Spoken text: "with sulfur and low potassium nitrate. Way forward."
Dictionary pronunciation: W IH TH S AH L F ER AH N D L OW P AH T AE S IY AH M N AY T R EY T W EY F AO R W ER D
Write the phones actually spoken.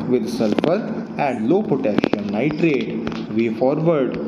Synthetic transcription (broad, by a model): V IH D S AH L F ER AH N D L OW P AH T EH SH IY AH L N AY T R EY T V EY F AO R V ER D